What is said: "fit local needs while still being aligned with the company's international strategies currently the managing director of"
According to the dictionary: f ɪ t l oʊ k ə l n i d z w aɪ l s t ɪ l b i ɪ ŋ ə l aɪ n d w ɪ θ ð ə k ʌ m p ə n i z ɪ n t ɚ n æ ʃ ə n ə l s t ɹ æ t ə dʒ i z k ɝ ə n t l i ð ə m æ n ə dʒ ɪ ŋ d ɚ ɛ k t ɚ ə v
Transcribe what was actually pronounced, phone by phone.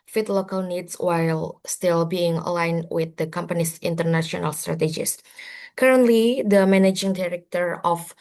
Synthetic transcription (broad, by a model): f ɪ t l oʊ k ə l n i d s w aɪ l s t ɪ l b i ɪ ŋ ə l aɪ n w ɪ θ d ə k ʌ m p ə n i s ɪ n t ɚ n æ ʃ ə n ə l s t ɹ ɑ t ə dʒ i s k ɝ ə n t l i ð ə m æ n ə dʒ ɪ ŋ d ɚ ɛ k t ɚ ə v